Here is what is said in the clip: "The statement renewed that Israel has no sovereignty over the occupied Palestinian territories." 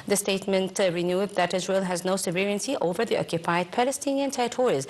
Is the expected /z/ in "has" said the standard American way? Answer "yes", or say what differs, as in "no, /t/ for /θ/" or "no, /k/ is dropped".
yes